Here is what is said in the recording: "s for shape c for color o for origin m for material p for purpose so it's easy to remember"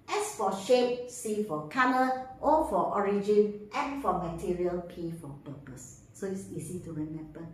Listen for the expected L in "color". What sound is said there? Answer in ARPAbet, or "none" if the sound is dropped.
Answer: N